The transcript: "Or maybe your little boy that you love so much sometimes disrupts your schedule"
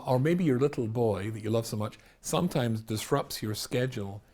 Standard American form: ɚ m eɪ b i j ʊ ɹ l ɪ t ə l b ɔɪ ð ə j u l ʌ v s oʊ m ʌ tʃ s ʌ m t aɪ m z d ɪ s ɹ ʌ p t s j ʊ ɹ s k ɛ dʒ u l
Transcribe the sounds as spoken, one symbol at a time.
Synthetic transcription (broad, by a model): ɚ m eɪ b i j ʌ ɹ l ɪ t l b ɔɪ ð ə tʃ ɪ l ʌ v s oʊ m ʌ tʃ s ʌ m t aɪ m z d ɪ s ɹ ʌ p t s j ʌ ɹ s k ɛ dʒ l